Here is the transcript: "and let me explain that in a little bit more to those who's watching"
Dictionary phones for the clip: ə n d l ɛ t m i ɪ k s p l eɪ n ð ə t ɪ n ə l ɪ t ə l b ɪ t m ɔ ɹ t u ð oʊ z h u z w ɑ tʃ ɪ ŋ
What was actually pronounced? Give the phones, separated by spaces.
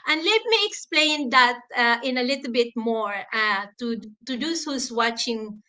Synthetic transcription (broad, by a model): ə n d l ɛ t m i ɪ k s p l eɪ n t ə t ɪ n ə l ɪ t ə l b ɪ t m ɔ ɹ t u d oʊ s h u s w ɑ tʃ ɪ ŋ